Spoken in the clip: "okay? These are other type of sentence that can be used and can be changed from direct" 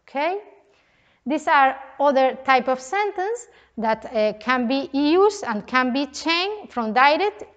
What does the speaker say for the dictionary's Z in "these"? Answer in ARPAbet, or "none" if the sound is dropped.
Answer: S